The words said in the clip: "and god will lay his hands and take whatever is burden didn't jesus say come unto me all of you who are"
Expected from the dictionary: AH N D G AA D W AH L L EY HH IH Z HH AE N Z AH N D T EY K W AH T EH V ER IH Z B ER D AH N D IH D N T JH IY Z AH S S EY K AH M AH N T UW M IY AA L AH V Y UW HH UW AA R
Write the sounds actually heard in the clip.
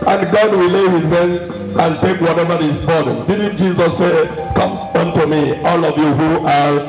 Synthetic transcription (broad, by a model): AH N G AA D W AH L L EY HH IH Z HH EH N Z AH N T EY K W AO T EH V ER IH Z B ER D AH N D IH D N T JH IY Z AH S S EY K AH M AH N T UW M IY AA L AH V Y UW HH UW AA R